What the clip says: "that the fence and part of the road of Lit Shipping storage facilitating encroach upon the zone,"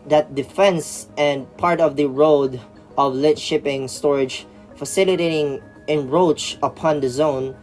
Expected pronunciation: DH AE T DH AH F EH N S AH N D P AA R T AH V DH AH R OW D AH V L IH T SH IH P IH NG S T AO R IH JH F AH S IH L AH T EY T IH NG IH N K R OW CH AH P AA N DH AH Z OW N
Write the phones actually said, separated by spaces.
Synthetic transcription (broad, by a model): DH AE T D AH F EH N S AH N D P AA R T AH V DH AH R OW D AH V L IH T SH IH P IH NG S T AO R IH JH F AH S IH L AH T EY T IH NG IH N R OW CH AH P AA N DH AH Z OW N